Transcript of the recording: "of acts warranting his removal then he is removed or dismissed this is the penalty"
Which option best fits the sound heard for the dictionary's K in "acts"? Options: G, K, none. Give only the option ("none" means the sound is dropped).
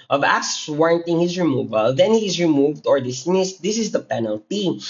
none